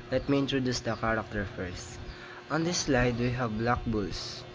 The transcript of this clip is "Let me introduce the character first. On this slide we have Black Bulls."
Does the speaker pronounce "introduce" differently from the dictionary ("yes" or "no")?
no